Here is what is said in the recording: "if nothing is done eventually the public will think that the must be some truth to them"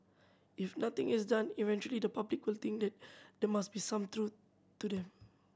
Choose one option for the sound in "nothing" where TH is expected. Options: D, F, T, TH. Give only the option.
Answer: T